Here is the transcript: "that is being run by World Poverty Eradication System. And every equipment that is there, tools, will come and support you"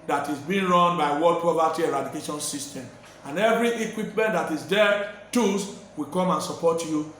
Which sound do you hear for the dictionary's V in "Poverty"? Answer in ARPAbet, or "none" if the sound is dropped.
P